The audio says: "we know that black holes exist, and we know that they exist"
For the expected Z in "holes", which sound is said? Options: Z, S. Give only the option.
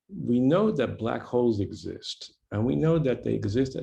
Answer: Z